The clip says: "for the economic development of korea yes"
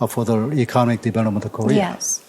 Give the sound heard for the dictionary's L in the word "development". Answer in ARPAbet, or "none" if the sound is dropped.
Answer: N